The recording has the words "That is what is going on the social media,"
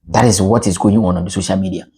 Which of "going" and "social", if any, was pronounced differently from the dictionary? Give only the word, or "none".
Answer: none